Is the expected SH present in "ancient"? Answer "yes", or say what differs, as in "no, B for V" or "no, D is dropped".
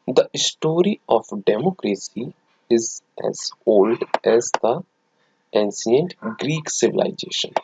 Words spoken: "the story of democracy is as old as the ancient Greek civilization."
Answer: no, S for SH